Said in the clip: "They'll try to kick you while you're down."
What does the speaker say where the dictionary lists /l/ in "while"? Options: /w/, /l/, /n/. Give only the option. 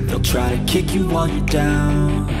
/n/